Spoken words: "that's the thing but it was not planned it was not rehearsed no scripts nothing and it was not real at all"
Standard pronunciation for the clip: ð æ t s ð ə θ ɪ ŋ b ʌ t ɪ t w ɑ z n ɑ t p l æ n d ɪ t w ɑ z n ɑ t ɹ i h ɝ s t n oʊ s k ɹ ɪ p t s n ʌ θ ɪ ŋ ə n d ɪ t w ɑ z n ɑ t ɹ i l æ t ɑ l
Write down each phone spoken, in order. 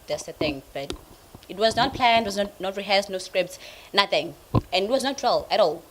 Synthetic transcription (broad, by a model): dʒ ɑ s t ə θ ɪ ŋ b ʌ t ɪ t w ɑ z n ɑ t p l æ n ɪ t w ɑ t n ɑ t ɹ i h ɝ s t n oʊ s k ɹ ɪ p t s n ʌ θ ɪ ŋ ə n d ɪ t w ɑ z n ɑ t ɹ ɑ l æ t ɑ l